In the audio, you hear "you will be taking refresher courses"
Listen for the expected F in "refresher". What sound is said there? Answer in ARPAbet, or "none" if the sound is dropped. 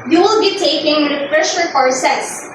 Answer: P